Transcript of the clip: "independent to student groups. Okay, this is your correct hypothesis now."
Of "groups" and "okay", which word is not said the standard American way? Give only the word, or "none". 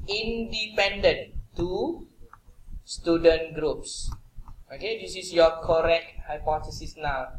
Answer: none